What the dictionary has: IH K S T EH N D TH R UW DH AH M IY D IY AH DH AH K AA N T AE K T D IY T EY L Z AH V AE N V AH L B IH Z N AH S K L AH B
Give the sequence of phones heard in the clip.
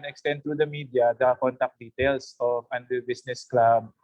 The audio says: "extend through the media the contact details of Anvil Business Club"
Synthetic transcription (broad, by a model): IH K S T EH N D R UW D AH M IY D IY AH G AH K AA N T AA K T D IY T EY L S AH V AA N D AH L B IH S N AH S K L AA B